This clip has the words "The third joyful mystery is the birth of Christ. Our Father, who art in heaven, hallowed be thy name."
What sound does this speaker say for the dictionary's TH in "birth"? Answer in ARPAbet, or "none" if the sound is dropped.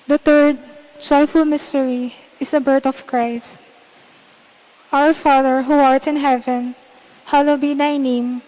T